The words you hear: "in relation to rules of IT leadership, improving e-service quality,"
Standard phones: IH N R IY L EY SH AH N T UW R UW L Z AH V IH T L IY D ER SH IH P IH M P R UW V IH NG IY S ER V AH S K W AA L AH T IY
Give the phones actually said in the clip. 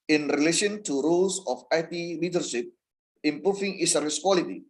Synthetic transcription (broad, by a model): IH N R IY L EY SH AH N T UW R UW L S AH F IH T L IY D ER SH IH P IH M P R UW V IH NG IY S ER AH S K W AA L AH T IY